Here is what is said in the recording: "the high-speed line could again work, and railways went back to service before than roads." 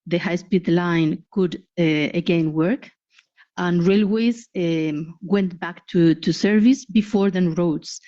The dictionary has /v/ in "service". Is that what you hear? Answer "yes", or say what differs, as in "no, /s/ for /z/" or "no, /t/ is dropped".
yes